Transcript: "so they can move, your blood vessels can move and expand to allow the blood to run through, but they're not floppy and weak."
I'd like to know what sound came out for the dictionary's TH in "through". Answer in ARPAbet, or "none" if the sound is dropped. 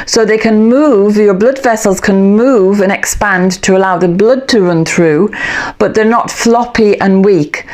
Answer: TH